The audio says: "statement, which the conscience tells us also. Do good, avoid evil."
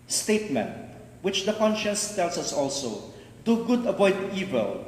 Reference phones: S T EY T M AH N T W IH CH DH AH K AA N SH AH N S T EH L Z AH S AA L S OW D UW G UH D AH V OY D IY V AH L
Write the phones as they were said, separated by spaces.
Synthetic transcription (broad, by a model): S T EY T M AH N T W IH CH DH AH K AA N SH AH N S T EH L S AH S AA L S OW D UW G UH D AH V OY D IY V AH L